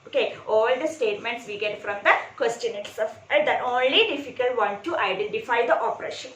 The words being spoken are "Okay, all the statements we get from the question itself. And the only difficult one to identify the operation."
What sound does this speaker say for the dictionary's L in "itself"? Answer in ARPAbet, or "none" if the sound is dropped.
none